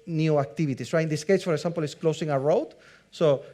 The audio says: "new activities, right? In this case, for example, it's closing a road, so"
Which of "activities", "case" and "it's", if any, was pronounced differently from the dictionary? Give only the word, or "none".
activities